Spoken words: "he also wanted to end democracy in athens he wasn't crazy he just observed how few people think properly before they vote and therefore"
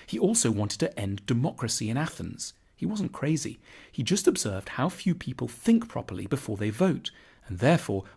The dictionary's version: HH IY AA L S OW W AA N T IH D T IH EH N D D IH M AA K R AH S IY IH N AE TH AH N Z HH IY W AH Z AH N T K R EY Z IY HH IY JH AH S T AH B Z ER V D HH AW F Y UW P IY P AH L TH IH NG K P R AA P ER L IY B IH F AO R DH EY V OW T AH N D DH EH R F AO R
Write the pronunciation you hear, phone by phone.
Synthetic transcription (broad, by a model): HH IY AA L S OW W AA N T IH D T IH EH N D D IH M AA K R AH S IY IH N AE TH AH N Z HH IY W AH Z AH N K R EY Z IY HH IY JH AH S T AH B Z ER V D HH AW F Y UW P IY P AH L TH IH NG K P R AA P ER L IY B IH F AO R DH EY V OW T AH N DH EH R F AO R